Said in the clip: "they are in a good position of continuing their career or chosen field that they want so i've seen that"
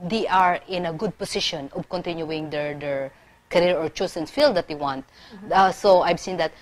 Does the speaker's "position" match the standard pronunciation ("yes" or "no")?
no